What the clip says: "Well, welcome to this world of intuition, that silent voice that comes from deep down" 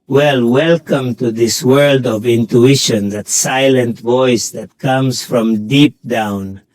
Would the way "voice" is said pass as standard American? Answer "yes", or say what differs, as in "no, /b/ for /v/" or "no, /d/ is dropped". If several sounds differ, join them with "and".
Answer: yes